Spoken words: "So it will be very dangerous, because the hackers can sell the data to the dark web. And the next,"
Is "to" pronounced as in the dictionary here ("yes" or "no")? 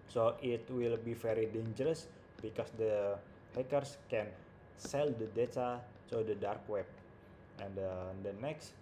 no